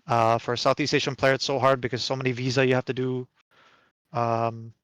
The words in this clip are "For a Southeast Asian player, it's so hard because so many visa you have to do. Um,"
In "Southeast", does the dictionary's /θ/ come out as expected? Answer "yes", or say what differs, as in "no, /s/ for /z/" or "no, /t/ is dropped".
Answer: yes